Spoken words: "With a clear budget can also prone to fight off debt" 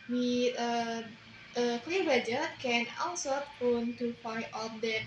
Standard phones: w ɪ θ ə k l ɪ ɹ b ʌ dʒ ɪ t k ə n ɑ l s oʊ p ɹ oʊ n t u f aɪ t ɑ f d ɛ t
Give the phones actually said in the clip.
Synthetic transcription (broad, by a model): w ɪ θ ə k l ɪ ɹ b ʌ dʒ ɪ k ə n ɑ l s oʊ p oʊ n t u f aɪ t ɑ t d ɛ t